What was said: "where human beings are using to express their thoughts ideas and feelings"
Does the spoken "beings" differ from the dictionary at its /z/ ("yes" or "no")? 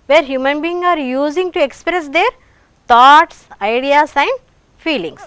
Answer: yes